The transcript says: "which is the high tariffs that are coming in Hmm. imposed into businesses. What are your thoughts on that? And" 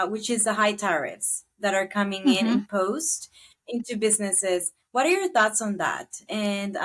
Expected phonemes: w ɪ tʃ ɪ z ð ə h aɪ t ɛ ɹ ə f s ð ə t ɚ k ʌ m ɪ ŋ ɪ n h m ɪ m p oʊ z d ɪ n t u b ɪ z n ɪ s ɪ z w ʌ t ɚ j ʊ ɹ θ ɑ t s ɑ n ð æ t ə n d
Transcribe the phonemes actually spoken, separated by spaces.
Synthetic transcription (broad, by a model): w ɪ tʃ ɪ z ð ə h aɪ t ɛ ɹ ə f s ð ə t ɚ k ʌ m ɪ ŋ ɪ n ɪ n p oʊ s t ɪ n t u b ɪ z n ɪ s ɪ z w ʌ t ɚ j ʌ ɹ θ ɑ t s n ð æ t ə n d